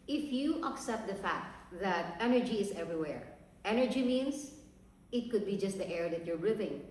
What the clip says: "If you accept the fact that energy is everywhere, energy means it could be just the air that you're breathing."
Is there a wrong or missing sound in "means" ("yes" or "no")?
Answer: yes